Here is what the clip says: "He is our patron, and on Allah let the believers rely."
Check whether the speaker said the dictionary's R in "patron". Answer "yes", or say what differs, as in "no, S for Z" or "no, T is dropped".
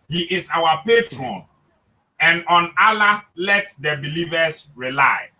yes